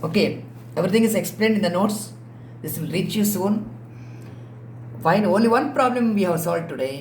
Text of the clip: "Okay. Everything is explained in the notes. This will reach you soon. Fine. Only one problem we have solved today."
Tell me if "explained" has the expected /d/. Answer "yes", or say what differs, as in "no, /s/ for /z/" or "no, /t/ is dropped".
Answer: yes